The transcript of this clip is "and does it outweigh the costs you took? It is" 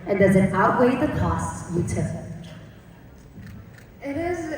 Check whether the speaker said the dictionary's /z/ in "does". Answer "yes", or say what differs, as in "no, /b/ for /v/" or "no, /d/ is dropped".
yes